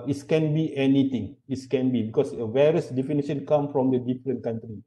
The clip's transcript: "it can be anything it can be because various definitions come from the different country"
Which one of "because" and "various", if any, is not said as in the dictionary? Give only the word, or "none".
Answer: because